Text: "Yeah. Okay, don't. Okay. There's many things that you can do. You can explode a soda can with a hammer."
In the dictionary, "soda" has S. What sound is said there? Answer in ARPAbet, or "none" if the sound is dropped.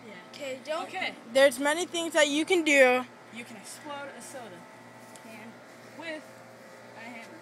S